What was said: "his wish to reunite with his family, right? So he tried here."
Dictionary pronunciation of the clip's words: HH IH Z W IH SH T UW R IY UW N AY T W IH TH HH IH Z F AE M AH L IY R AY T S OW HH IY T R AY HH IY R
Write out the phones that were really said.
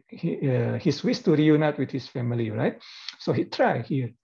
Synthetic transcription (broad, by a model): HH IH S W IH S T UW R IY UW N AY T W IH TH HH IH S F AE M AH L IY R AY T S OW HH IY T R AY HH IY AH